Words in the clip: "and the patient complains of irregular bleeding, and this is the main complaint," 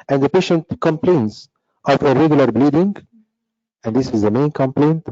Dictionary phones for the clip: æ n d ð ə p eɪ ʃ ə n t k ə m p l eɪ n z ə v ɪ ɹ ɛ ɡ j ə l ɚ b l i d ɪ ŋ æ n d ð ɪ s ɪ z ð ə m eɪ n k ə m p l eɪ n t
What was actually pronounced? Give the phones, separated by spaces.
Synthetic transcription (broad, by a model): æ n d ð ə p eɪ ʃ ə n t k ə m p l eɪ n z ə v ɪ ɹ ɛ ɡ j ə l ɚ b l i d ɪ ŋ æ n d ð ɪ s ɪ z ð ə m eɪ n k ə m p l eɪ n t